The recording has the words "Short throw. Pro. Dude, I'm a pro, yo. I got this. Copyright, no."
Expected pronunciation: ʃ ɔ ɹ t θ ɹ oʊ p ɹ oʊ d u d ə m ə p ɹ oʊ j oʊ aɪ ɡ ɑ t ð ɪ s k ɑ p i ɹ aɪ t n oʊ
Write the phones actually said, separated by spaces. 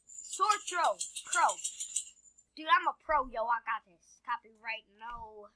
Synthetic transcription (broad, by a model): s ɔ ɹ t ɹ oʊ p ɹ oʊ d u ə m ə p ɹ oʊ j oʊ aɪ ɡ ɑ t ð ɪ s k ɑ b i ɹ aɪ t n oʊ